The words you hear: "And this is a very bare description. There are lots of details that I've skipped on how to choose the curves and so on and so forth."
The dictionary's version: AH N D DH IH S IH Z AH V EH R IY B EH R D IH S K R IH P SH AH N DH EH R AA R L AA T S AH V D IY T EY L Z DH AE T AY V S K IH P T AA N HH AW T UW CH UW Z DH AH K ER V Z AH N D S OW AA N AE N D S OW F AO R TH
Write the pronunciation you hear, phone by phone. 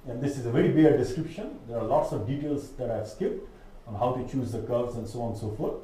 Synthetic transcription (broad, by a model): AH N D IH S IH Z AH V EH R IY B EH R D IH S K R IH P SH AH N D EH R AA R L AA T S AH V D IY T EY L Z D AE T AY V S K IH P T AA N HH AW T UW CH UW Z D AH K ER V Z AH N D S OW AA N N S OW F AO R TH